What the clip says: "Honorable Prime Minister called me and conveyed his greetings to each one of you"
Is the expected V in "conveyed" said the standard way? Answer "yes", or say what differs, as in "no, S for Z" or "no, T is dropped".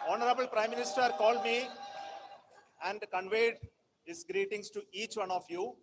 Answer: yes